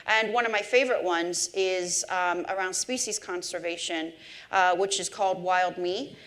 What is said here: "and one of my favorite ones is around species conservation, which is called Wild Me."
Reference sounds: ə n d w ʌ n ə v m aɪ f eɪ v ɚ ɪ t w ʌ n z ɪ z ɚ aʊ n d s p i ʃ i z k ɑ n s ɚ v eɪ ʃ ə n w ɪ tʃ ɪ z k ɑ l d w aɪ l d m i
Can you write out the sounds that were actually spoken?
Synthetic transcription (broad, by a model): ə n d w ʌ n ə v m aɪ f eɪ v ɚ ɪ t w ʌ n z ɪ z ɚ aʊ n d s p i ʃ i z k ɑ n s ɚ v eɪ ʃ ə n w ɪ tʃ ɪ z k ɑ l d w aɪ l d m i